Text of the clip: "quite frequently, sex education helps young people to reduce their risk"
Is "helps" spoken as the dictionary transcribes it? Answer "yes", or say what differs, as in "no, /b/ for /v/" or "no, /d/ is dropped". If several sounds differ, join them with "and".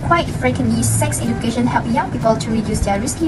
no, /s/ is dropped